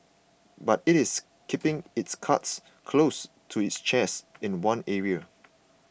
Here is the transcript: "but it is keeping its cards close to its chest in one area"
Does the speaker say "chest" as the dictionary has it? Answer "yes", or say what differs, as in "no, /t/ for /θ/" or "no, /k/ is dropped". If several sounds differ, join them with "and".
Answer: no, /t/ is dropped